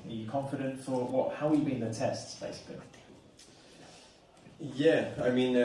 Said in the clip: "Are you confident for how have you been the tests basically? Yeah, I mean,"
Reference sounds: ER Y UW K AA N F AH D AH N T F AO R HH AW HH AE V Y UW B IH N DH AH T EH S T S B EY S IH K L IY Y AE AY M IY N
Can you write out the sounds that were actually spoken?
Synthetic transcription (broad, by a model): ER Y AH K AA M F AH D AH N T F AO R HH AW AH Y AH B IH N DH AH T EH S T S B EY IH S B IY Y AE AY M IY N